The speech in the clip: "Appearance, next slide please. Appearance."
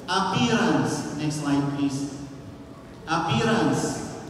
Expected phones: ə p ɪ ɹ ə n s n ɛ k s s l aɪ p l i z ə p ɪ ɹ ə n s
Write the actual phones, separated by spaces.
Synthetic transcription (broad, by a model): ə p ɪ ɹ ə n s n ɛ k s s l aɪ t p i s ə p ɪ ɹ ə n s